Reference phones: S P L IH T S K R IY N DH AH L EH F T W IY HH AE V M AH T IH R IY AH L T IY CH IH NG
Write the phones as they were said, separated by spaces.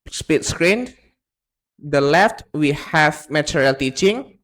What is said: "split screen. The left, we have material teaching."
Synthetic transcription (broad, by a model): S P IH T S K R IY N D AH L EH F T W IY HH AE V M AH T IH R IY L T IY CH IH NG